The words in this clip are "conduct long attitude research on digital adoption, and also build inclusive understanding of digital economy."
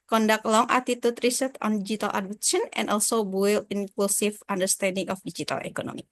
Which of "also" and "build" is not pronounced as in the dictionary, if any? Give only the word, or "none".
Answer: build